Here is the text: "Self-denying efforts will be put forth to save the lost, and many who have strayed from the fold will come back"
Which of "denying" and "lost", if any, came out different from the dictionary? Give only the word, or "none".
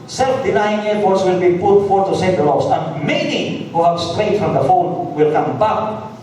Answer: lost